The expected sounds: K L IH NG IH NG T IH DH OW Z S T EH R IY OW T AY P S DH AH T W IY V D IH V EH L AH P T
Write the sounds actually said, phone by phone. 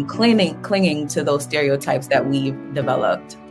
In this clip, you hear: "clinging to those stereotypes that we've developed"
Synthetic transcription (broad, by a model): K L IH NG IH NG T IH DH OW Z S T EH R IY OW T AY P S DH AH T W IY V D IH V EH L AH P T